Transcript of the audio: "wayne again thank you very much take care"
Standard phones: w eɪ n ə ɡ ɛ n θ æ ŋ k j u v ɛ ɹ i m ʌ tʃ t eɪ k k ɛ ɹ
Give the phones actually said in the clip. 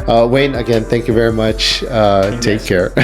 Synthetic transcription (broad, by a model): w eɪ n ə ɡ ɛ n θ æ ŋ k j u v ɛ ɹ i m ʌ tʃ t eɪ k k ɛ ɹ